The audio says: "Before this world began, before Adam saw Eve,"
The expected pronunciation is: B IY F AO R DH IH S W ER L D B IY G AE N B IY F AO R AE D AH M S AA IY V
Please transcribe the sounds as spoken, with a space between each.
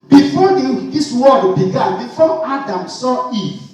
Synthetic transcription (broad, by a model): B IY F AO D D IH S W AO D B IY G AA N B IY F AO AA D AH M S AA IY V